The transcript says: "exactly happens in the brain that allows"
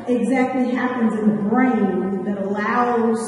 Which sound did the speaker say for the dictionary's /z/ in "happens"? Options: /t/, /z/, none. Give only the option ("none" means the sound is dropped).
/z/